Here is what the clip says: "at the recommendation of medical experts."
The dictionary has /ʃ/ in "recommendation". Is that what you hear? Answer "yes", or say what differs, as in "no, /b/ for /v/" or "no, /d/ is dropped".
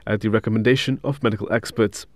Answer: yes